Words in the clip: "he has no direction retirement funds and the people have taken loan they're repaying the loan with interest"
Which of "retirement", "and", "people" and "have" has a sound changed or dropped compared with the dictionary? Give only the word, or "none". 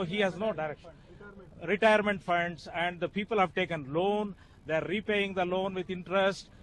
none